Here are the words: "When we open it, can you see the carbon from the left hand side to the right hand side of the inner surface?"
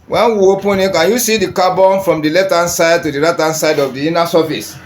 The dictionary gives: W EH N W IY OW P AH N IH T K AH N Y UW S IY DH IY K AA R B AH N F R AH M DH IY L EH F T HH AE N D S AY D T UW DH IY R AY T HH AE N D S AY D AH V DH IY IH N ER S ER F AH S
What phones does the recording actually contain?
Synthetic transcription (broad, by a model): W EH N W IY OW P AH N IH T K AH N Y UW S IY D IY K AA B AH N F R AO M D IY L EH T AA N S AY D T UW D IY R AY T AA N S AY D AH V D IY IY N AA S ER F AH S